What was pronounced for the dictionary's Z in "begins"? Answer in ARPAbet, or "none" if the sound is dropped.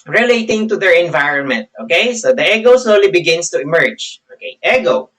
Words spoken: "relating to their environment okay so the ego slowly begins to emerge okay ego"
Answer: S